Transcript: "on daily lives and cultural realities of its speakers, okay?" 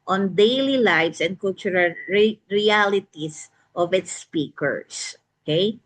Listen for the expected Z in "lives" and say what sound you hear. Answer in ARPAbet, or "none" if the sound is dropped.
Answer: S